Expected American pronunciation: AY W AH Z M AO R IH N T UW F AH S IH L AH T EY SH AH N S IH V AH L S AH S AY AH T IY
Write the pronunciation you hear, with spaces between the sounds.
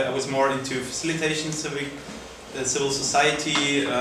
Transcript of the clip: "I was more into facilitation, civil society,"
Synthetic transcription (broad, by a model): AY W AH Z M AO R IH N T UW F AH S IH L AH T EY SH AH N S IH V AH L S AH S AY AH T IY